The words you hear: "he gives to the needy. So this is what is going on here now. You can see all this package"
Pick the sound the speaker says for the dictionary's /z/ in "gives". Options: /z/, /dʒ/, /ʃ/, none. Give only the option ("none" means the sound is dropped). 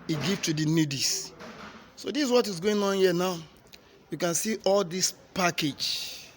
none